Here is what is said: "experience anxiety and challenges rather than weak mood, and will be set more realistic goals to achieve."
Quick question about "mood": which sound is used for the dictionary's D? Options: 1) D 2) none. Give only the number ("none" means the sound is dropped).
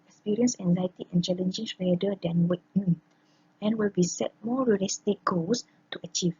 2